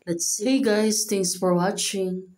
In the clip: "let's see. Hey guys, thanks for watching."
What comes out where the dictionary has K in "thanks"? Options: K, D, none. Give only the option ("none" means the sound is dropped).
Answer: none